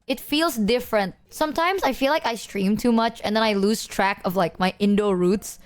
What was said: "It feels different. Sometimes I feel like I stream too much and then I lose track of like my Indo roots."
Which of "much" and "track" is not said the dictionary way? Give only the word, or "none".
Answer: none